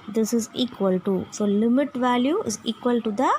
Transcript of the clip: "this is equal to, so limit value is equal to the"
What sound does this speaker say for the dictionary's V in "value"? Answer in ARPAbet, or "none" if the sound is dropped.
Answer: V